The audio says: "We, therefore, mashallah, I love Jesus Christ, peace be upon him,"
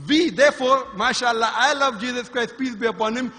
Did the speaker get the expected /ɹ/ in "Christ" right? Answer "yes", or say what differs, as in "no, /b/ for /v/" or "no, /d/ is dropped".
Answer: yes